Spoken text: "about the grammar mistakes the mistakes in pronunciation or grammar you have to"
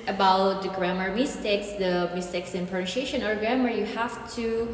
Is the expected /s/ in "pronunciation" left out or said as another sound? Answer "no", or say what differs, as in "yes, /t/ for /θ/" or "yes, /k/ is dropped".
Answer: yes, /ʃ/ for /s/